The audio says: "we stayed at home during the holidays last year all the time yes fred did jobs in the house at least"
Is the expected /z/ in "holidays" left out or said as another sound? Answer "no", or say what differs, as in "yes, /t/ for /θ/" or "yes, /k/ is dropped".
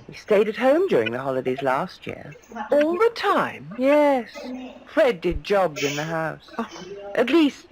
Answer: no